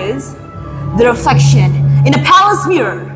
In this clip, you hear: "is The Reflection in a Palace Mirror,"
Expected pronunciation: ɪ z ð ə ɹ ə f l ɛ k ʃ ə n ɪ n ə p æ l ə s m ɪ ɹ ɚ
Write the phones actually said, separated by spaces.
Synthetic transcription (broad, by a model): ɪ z ð ə ɹ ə f ɛ k ʃ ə n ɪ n ə p æ l ə s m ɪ ɹ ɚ